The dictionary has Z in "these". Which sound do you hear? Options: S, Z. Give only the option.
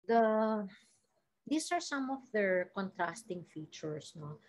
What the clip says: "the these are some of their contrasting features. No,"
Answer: S